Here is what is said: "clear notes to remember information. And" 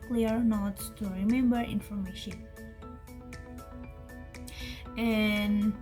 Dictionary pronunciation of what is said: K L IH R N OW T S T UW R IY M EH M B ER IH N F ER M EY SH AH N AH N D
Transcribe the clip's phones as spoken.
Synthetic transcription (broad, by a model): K L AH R N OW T T UW R IY M EH M B ER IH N F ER M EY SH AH N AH N